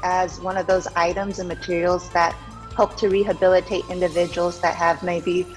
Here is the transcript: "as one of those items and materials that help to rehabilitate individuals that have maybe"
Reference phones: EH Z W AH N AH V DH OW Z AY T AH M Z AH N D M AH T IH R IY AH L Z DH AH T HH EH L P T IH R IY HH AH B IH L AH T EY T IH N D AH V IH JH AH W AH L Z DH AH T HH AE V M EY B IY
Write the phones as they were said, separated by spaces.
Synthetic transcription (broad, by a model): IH Z W AH N AH V DH OW Z AY T AH M Z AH N M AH T IH R IY L Z DH AH T HH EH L P T IH R IY HH AH B IH L AH T EY T IH N D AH V IH JH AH W L Z DH AH T HH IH V M EY B IY